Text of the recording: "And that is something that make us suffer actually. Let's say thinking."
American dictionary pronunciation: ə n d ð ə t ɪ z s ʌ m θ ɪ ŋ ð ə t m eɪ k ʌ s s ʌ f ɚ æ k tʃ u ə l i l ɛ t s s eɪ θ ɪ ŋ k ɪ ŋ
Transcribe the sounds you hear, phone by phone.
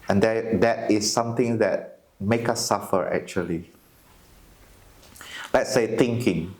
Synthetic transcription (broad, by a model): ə n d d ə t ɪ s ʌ m t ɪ ŋ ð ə t m eɪ k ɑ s s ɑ f ɚ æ k tʃ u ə l i l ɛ t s s eɪ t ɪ ŋ k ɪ ŋ